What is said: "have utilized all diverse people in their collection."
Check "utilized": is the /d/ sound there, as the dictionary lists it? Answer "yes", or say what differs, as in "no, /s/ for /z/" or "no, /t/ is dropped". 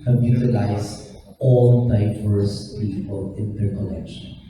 no, /d/ is dropped